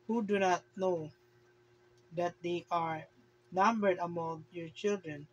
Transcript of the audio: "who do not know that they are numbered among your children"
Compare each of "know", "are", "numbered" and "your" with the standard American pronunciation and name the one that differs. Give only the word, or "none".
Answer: none